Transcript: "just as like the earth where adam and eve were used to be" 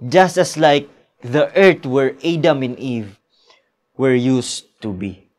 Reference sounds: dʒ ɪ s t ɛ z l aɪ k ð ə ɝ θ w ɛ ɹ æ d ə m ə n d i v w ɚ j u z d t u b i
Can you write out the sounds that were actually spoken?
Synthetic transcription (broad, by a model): dʒ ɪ s t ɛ s l aɪ k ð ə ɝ t w ɛ ɹ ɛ d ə m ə n i v w ɚ j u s t u b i